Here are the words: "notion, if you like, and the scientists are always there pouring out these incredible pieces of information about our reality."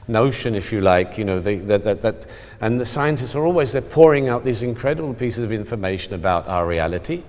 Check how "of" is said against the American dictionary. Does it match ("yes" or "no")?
yes